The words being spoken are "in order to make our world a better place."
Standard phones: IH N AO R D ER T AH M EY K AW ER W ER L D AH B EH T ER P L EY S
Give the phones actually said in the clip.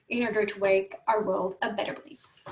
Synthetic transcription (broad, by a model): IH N AO R D ER T AH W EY K AW ER W ER L D AH B EH T ER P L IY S